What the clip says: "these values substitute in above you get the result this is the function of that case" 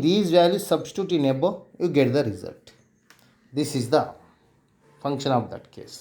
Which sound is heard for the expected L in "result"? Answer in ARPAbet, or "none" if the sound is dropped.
L